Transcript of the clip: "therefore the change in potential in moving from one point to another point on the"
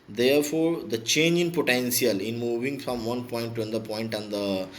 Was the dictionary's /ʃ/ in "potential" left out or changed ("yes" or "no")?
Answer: yes